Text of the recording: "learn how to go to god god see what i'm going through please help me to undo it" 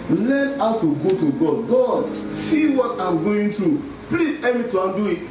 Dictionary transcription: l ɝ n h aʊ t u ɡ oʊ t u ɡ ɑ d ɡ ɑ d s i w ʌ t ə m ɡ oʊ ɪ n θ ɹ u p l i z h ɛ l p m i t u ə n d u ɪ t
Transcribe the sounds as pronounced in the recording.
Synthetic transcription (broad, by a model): l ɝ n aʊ t u ɡ oʊ t u ɡ ɑ d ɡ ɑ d s i w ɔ t ə m ɡ oʊ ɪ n t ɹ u p l i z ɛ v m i t u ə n d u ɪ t